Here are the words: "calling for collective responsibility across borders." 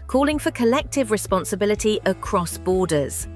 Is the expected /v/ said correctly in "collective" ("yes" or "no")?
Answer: yes